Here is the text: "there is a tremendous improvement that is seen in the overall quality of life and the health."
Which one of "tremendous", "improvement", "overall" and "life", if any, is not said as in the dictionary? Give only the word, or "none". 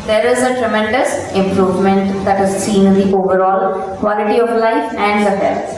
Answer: none